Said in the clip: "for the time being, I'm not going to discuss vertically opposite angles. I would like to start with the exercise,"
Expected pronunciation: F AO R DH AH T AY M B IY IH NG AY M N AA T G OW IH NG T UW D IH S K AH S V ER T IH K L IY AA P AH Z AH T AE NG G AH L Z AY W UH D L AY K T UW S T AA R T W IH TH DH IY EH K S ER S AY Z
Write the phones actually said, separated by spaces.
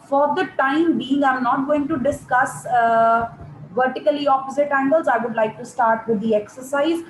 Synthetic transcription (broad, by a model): F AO R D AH T AY M B IY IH NG AY M N AA T G OW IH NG T UW D IH S K AH S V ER T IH K L IY AA P AH Z AH T AE NG G AH L Z AY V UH D L AY K T UW S T AA R T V IH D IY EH K S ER S AY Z